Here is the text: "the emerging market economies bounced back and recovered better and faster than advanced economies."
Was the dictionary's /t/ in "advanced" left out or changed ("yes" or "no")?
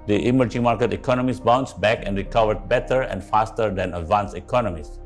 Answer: yes